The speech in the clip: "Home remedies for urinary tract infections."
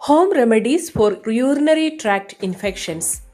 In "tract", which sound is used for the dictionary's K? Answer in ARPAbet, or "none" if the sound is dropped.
K